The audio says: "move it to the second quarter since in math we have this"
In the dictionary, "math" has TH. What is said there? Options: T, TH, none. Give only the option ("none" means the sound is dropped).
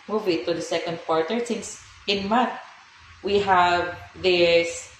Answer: T